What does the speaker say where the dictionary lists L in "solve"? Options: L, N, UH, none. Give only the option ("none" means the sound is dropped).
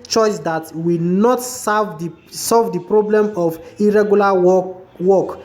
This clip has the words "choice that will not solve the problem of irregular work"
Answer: L